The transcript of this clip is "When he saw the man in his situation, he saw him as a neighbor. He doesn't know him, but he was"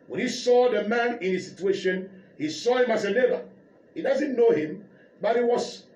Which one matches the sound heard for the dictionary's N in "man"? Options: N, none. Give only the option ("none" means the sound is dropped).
N